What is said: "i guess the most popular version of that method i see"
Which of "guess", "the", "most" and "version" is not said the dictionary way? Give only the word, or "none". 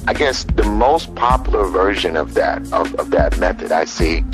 none